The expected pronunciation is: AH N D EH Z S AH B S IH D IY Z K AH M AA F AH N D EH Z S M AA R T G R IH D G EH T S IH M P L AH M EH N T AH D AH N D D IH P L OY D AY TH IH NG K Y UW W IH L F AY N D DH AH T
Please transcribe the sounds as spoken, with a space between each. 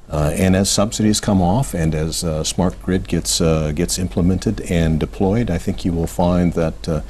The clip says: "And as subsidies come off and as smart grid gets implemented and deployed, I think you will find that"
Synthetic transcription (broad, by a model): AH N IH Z S AH B S IH D IY Z K AH M AA F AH N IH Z S M AA R T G R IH D G EH T S IH M P L AH M EH N T AH D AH N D D IH P L OY D AY TH IH NG K Y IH W IH L F AY N DH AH T